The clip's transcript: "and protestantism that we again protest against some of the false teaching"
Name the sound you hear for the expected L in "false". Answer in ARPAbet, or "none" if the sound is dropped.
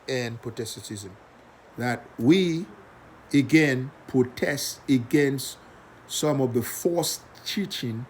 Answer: none